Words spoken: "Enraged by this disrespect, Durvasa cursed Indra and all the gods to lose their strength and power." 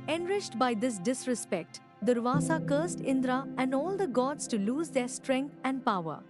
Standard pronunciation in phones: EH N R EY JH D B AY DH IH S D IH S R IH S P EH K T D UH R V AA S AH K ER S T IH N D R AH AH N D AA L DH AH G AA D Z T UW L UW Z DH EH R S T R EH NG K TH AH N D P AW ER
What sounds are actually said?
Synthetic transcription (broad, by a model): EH N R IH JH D B AY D IH S D IH S R IH S P EH K T D UH R V AA S AH K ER S T IH N D R AH AH N D AA L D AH G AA D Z T UW L UW Z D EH R S T R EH NG K T AH N D P AW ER